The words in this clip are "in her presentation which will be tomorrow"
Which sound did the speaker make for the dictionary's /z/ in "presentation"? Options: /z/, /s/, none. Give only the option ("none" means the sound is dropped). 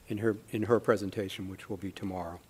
/z/